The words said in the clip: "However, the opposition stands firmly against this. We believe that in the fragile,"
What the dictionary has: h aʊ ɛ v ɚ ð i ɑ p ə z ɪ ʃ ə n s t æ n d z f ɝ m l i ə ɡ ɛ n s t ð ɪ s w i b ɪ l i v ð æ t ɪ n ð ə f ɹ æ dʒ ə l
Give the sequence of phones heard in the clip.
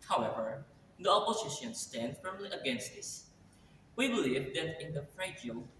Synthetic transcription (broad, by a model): h aʊ ɛ v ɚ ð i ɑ p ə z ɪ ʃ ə n s t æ n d f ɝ m l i ə ɡ ɛ n s t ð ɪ s w i b ɪ l i v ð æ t ɪ n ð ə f ɹ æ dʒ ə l